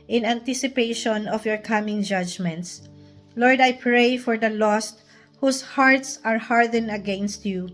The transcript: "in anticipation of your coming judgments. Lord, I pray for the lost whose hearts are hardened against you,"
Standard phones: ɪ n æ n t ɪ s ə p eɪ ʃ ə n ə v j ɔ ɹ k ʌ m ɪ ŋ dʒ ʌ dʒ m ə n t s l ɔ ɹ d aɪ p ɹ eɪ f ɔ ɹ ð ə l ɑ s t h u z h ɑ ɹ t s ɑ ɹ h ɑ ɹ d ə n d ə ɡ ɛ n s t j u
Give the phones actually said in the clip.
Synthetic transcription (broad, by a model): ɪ n æ n t ɪ s ə p eɪ ʃ ə n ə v j ɔ ɹ k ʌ m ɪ ŋ dʒ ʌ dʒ m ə n t s l ɔ ɹ d aɪ p ɹ eɪ f ɔ ɹ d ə l ɑ s t h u s h ɑ ɹ t s ɑ ɹ h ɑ ɹ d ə n ə ɡ ɛ n s t j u